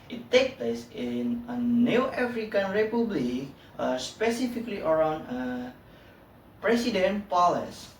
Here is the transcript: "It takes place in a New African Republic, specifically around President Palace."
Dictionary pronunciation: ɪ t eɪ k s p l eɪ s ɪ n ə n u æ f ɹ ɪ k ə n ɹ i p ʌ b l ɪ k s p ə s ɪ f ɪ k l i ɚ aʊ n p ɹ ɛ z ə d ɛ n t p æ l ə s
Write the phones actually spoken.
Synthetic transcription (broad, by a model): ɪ t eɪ k p l eɪ s ɪ n ə n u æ f ɹ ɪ k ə n ɹ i p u b l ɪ k s p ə s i f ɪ k l i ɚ aʊ n p ɹ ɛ s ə d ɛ n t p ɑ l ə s